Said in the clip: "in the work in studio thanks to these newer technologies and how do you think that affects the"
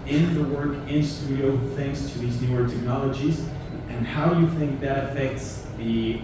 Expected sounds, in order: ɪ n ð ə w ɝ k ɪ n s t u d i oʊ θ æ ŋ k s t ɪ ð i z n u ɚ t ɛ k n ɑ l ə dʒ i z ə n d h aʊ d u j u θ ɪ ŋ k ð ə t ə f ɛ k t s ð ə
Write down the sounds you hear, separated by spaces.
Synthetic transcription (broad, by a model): ɪ n ð ə w ɝ k ɪ n s t u d i oʊ θ æ ŋ k s t ɪ ð i z n u ɚ t ɛ k n ɑ l ə dʒ i z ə n h aʊ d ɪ j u θ ɪ ŋ k ð ə t ə f ɛ k t s ð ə